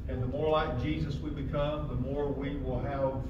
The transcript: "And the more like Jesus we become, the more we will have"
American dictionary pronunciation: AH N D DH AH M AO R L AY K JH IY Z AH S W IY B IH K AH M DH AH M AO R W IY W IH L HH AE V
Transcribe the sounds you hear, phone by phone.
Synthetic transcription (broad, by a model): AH N DH AH M AO R L AY K JH IY Z AH S W IY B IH K AH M DH AH M AO R W IY W IH L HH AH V